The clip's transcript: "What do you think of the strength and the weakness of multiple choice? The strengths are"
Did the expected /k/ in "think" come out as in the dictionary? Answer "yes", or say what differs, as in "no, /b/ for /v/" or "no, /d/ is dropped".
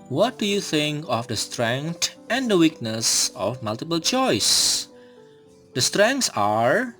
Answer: yes